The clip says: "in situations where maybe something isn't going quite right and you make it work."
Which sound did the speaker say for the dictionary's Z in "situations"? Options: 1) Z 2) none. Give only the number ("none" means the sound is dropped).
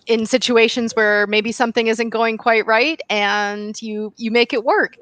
1